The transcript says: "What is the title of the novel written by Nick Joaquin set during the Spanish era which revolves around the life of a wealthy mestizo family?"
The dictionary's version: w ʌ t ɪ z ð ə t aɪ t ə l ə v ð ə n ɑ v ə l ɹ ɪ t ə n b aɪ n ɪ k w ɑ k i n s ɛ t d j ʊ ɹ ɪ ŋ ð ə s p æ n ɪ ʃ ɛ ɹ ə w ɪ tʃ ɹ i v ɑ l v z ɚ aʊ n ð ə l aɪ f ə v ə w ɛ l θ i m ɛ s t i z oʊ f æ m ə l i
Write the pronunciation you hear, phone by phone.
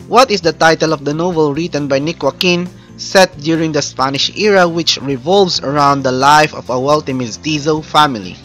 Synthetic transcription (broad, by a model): w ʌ t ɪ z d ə t aɪ t ə l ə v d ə n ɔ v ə l ɹ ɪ t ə n b aɪ n ɪ k w ɑ k i n s ɛ t d j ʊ ɹ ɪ ŋ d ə s p æ n ɪ ʃ ɛ ɹ ə w ɪ tʃ ɹ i v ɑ l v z ɚ aʊ n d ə l aɪ f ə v ə w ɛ l t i m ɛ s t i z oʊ f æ m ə l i